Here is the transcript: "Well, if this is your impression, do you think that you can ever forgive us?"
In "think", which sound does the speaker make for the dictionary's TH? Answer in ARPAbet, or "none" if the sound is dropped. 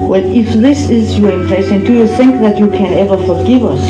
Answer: TH